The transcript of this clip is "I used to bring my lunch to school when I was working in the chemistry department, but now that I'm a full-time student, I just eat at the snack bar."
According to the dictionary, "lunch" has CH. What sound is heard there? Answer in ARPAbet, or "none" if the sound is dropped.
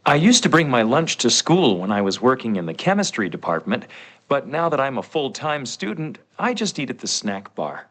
CH